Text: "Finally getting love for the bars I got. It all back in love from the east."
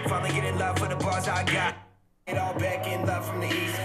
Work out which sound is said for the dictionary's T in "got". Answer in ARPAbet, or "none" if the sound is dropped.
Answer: none